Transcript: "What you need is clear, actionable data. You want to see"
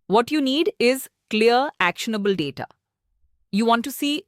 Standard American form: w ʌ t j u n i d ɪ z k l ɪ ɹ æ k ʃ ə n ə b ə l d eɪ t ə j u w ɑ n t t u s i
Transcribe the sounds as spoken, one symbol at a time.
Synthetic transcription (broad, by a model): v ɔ t j u n i d ɪ z k l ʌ ɹ æ k ʃ ə n ə b ə l d eɪ t ə j u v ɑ n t t u s i